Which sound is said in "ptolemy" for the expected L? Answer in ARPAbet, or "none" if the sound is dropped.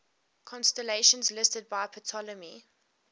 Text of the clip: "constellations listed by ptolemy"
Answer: L